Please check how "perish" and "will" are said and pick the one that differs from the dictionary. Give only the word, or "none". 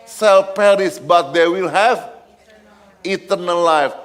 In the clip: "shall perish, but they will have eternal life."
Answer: perish